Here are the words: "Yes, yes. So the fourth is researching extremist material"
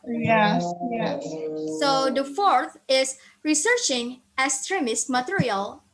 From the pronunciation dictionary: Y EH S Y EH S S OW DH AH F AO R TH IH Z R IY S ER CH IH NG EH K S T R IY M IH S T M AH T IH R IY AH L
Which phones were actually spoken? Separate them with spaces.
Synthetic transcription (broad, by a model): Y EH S Y EH S S OW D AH F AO R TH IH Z R IY S ER CH IH NG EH S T R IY M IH S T M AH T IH R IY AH L